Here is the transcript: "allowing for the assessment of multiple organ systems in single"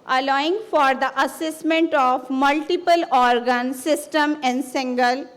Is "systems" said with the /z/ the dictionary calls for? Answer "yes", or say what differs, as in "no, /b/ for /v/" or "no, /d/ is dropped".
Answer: no, /z/ is dropped